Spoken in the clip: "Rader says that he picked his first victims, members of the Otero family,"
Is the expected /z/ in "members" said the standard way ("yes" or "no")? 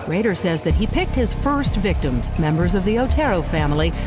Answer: yes